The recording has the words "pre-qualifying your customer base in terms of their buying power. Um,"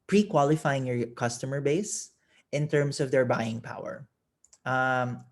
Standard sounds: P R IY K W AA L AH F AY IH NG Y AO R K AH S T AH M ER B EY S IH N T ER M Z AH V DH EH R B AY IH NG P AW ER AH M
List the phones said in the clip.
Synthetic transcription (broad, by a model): P R IY K W AA L AH F AY IH NG Y AO R K AH S T AH M ER B EY S IH N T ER M S AH V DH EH R B AY IH NG P AW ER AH M